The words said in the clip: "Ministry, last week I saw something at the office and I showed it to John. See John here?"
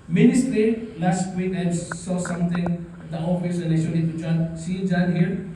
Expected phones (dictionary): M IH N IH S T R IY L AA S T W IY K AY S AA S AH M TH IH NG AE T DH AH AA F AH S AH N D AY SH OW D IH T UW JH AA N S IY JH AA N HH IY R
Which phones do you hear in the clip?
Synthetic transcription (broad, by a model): M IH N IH S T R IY L AA S T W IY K AY S AA S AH M T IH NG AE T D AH AA F AH S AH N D AY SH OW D IH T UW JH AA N S IY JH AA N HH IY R